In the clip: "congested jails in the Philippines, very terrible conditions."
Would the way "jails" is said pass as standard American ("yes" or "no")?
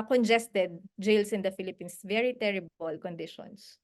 no